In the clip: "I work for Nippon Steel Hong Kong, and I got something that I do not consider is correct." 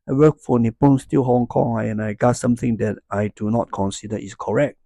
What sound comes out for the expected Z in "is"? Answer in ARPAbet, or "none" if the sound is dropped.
S